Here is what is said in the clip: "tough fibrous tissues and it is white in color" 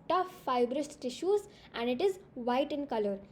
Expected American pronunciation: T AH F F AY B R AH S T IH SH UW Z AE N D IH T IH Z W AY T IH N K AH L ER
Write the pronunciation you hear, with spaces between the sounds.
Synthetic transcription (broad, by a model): T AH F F AY B R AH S T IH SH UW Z AE N D IH T IH Z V AY T IH N K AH L ER